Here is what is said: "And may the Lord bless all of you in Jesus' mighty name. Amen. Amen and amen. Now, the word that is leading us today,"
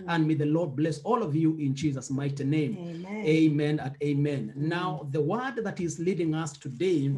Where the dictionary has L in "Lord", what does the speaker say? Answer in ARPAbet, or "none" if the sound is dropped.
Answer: L